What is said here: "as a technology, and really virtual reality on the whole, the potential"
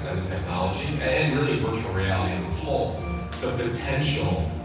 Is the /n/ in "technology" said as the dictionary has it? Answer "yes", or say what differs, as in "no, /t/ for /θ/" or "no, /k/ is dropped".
yes